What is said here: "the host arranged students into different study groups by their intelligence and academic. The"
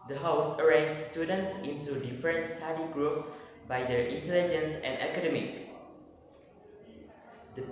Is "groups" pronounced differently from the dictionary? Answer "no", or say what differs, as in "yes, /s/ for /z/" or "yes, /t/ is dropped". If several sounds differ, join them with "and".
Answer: yes, /s/ is dropped